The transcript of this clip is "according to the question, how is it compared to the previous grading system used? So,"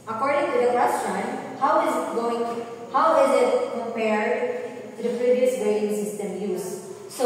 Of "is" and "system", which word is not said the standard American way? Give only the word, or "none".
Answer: none